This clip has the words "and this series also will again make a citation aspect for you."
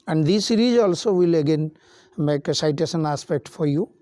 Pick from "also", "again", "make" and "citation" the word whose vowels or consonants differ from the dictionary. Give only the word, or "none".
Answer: citation